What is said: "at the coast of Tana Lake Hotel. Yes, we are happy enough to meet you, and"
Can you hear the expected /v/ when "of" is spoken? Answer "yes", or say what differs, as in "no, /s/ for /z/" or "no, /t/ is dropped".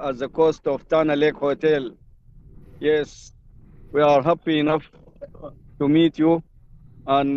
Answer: no, /f/ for /v/